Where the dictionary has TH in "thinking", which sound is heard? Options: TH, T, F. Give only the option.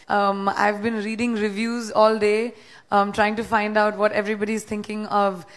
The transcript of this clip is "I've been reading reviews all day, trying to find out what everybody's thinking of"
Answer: T